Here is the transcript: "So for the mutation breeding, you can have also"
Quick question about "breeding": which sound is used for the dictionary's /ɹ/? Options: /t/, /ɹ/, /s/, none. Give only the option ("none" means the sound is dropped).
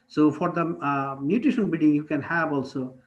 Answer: none